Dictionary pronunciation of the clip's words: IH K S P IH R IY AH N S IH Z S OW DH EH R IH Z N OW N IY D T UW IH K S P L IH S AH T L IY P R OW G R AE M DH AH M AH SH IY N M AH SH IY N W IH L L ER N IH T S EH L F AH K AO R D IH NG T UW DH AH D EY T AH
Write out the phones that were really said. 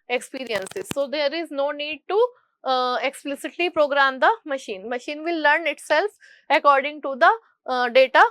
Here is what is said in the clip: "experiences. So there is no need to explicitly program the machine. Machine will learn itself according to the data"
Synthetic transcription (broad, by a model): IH K S P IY R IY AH N S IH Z S OW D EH R IH Z N OW N IY D T UW IH K S P L IH S AH T L IY P R OW G R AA M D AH M AH SH IY N M AH SH IY N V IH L L ER N IH T S EH L F AH K AO R D IH NG T UW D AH D EY T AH